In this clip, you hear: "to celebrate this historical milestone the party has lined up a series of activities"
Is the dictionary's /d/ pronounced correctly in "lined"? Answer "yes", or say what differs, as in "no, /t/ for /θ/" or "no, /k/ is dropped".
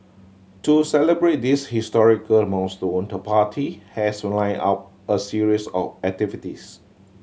no, /d/ is dropped